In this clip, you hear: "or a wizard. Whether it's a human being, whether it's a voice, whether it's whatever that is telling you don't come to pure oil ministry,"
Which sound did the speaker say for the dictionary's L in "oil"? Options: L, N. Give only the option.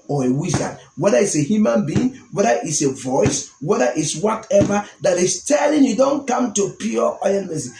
N